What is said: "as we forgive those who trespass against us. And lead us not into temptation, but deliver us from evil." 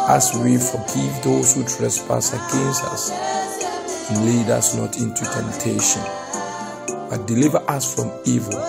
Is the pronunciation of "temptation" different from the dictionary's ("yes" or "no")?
no